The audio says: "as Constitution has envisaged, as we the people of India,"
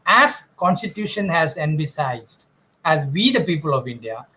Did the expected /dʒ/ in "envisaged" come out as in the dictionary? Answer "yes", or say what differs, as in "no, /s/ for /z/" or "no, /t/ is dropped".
no, /z/ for /dʒ/